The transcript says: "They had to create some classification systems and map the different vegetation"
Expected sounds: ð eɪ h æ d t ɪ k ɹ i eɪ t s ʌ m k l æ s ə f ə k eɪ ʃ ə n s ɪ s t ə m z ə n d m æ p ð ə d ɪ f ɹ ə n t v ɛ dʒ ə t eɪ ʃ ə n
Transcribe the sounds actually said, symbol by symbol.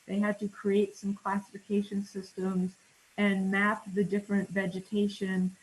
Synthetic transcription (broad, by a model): ð eɪ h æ d t ɪ k ɹ i eɪ t s ʌ m k l æ s ə f ə k eɪ ʃ ə n s ɪ s t ə m z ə n m æ p ð ə d ɪ f ɹ ə n t v ɛ dʒ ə t eɪ ʃ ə n